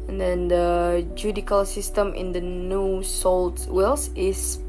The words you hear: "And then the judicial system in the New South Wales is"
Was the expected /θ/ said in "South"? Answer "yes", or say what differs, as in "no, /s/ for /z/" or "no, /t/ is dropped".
no, /t/ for /θ/